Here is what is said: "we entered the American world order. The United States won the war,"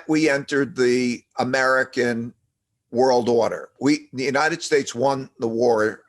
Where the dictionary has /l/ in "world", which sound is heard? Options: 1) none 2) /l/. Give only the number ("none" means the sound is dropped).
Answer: 2